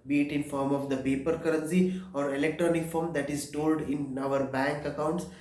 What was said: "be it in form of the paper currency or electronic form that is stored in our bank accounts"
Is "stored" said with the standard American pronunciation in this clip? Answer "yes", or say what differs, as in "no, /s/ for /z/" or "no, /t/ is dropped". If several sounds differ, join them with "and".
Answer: no, /l/ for /ɹ/